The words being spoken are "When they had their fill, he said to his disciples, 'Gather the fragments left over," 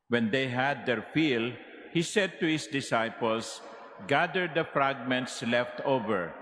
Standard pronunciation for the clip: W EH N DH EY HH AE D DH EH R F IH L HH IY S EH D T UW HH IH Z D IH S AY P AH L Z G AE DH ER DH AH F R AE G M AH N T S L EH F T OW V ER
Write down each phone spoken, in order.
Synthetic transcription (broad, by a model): W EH N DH EY HH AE D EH R F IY L HH IY S EH D T UW HH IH S D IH S AY P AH L S G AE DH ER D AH F R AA G M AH N T S L EH F T OW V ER